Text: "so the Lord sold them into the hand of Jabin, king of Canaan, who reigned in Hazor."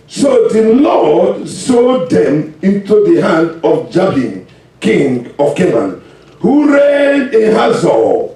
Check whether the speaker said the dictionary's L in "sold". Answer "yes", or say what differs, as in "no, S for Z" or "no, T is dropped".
no, L is dropped